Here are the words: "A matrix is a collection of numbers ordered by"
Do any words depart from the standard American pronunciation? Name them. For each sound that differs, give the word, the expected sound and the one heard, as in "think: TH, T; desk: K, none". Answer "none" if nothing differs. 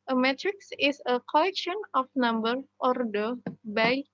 is: Z, S; of: V, F; numbers: Z, none